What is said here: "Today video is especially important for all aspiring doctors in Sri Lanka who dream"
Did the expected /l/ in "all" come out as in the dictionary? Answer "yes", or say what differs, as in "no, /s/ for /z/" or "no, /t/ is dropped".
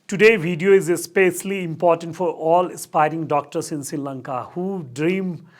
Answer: yes